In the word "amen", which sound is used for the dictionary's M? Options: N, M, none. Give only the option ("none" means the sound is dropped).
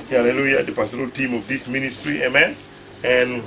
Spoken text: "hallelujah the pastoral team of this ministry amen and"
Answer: M